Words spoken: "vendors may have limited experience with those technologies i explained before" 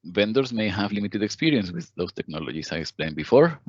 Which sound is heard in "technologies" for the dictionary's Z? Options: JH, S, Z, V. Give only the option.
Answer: S